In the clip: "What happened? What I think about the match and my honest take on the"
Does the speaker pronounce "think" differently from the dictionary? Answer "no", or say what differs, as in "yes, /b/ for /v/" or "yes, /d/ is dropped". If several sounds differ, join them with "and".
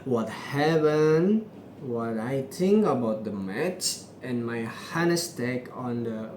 yes, /t/ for /θ/